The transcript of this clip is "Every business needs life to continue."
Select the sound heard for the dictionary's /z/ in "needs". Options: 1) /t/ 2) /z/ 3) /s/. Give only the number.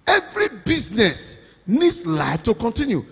3